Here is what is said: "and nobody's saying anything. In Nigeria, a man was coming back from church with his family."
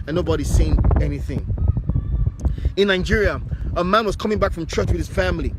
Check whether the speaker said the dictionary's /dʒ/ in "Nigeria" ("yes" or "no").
yes